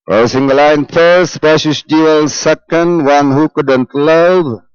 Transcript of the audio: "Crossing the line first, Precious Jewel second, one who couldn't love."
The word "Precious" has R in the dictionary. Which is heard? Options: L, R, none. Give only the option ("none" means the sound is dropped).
none